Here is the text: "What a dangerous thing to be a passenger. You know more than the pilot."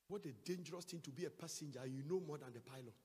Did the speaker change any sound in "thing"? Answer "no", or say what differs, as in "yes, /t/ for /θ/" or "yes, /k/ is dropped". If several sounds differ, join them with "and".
yes, /t/ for /θ/